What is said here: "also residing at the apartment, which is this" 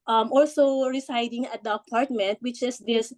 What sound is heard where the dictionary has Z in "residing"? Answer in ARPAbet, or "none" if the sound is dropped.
S